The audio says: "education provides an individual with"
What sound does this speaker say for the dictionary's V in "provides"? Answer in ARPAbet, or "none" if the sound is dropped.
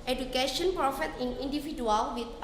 F